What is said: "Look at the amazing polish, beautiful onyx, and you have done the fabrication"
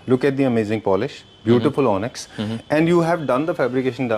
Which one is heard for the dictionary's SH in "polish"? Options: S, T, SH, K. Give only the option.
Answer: SH